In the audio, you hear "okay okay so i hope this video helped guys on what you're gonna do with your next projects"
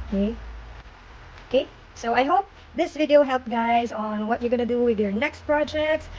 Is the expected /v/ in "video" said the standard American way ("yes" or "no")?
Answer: yes